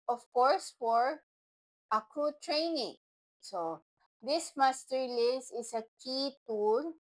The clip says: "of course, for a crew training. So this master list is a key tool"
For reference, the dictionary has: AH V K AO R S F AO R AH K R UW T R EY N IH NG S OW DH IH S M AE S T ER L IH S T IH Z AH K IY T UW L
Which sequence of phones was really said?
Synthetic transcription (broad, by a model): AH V K AO R S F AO R AH K R UW T R EY N IH NG S OW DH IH S M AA S T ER L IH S IH S AH K IY T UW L